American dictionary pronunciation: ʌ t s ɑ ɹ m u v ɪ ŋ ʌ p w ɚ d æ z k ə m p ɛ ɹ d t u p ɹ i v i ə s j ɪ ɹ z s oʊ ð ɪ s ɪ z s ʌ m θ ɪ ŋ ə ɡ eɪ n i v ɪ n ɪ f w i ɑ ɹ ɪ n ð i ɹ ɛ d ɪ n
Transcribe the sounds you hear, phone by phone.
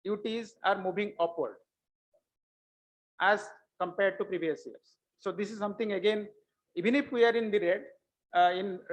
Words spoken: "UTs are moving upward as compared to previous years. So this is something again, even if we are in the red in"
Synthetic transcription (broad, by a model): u t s ɑ ɹ m u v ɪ ŋ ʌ p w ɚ d æ z k ə m p ɛ ɹ d t u p ɹ i v i ə s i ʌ ɹ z s oʊ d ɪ s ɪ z s ʌ m t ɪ ŋ ə ɡ eɪ n i v ɪ n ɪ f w i ɑ ɹ ɪ n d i ɹ ɛ d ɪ n